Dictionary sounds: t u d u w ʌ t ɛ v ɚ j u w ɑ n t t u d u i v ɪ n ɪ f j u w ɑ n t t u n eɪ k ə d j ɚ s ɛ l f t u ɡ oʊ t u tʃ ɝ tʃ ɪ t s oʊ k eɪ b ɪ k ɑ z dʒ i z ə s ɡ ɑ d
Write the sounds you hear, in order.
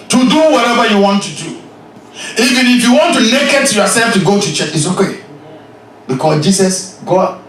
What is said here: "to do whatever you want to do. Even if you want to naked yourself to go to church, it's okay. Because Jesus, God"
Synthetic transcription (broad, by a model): t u d u w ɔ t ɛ v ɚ j u w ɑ n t t u d u i v ɪ n ɪ f j u w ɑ n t t u n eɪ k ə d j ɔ s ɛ l f t u ɡ oʊ t u tʃ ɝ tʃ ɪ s oʊ k eɪ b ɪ k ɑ s dʒ i s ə s ɡ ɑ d